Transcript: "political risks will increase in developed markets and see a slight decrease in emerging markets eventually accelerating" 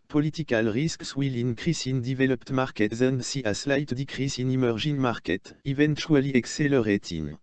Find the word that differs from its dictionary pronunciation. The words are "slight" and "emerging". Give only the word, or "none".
emerging